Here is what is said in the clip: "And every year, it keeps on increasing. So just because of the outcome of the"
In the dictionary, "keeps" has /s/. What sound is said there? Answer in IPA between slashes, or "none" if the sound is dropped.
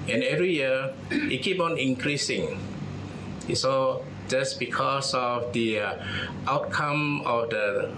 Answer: none